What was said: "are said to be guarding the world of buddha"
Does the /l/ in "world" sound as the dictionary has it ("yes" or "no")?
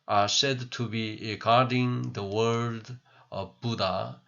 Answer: no